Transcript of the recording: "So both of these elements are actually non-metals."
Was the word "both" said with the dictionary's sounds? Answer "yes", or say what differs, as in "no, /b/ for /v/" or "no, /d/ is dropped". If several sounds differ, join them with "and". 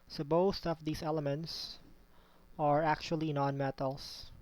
no, /t/ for /θ/